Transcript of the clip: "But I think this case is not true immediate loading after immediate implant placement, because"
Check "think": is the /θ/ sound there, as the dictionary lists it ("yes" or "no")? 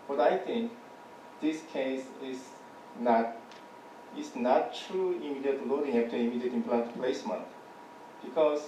no